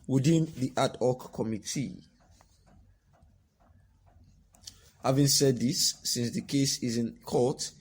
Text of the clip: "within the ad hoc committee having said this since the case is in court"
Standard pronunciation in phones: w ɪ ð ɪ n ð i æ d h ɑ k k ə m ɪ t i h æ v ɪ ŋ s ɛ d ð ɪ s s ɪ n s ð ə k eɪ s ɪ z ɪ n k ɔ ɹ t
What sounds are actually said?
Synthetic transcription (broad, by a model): w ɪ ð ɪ n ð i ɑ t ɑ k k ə m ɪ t i h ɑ v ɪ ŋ s ɛ d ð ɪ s s ɪ n s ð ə k eɪ s ɪ z ɪ n k ɔ t